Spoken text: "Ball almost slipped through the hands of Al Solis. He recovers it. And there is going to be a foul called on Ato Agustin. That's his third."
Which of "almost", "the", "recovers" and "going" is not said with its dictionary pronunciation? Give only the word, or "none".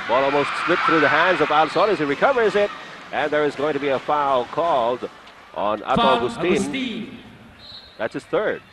none